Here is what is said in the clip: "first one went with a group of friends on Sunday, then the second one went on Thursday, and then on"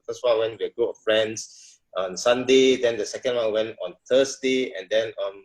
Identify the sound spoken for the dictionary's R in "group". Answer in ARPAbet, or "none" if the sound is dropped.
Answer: none